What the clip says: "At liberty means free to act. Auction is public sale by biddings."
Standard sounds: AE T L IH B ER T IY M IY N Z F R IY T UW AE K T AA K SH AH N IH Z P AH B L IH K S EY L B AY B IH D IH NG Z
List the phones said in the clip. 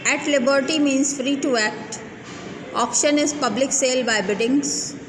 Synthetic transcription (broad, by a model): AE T L IH B ER T IY M IY N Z F R IY T UW AE K T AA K SH AH N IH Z P AH B L IH K S EY L B AY B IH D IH NG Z